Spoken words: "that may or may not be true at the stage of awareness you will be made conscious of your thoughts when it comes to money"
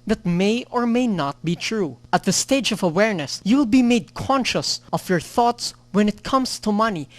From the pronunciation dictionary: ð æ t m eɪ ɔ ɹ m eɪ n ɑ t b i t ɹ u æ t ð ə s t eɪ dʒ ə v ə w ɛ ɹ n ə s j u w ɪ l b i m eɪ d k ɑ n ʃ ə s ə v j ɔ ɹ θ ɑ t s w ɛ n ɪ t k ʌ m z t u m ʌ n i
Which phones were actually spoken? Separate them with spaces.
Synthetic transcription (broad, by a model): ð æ t m eɪ ɔ ɹ m eɪ n ɑ t b i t ɹ u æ t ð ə s t eɪ dʒ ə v ə w ɛ ɹ n ə s j u w ɪ l b i m eɪ d k ɑ n ʃ ə s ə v j ɔ ɹ θ ɑ t s w ɛ n ɪ t k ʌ m s t u m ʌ n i